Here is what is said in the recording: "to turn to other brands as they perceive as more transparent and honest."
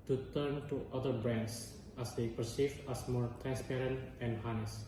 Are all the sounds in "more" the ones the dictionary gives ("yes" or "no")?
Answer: yes